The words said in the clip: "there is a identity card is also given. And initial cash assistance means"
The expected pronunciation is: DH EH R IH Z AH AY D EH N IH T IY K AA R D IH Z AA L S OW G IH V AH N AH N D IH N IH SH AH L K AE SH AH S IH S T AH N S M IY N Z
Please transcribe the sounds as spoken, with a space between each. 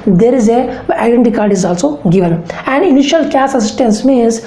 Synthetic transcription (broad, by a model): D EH R IH Z AH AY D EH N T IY K AA R D IH Z AA L S OW G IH V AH N AH N D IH N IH SH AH L K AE S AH S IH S T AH N S M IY N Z